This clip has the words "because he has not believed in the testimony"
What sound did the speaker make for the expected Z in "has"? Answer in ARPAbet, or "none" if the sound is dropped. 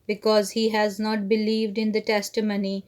Z